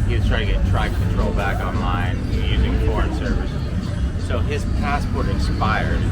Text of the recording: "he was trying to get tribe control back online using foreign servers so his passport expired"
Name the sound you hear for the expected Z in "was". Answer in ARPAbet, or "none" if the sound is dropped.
S